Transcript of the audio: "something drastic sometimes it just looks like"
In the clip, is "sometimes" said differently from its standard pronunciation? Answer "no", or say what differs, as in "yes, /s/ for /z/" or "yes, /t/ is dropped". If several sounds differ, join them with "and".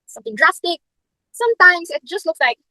yes, /s/ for /z/